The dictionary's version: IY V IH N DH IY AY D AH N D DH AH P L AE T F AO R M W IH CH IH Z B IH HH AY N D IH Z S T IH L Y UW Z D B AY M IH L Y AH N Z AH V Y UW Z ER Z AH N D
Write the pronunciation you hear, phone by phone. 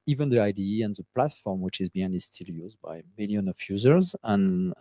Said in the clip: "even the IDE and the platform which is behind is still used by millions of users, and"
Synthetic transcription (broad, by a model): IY V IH N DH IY AY D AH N DH AH P L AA T F AO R M W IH CH IH Z B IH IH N IH Z S T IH L Y UW Z D B AY M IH L Y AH N AH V Y UW Z ER Z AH N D